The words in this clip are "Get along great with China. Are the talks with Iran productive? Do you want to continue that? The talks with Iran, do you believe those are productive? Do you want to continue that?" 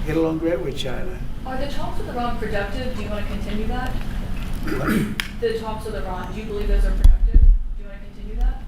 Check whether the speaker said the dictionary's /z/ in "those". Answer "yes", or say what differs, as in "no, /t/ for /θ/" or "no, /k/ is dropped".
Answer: yes